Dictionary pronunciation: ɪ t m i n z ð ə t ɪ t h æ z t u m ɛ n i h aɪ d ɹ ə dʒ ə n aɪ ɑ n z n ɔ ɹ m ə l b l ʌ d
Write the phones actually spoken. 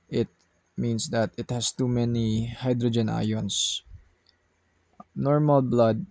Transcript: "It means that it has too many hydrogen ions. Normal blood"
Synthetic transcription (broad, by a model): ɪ t m i n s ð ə t ɪ t h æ s t u m ɛ n i h aɪ d ɹ ə dʒ ə n aɪ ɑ n s n ɔ ɹ m ə l b l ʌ d